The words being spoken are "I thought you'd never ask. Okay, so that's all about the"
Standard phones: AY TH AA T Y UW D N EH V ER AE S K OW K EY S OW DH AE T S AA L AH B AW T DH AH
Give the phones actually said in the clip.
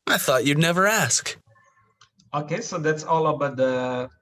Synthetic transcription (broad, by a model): AY TH AA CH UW D N EH V ER AE S K OW K EY S OW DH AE T S AA L AH B AW T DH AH